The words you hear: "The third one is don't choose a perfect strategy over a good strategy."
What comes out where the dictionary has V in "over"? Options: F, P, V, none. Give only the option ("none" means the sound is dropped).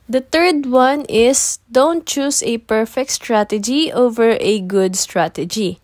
V